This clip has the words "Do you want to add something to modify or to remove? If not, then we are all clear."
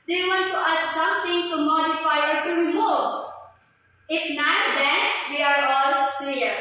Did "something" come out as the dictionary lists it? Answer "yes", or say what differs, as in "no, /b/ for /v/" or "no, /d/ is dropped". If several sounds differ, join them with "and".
no, /t/ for /θ/